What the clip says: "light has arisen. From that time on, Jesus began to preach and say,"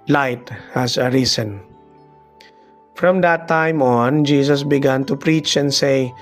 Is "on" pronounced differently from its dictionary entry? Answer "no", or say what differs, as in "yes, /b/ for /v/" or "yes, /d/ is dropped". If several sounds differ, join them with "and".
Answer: no